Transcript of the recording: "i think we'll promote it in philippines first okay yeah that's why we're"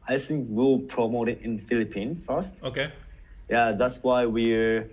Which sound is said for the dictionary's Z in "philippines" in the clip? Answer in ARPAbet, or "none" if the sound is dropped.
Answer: none